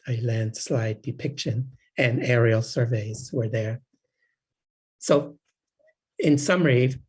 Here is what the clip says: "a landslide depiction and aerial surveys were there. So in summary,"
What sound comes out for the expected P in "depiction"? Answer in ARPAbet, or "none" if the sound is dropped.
P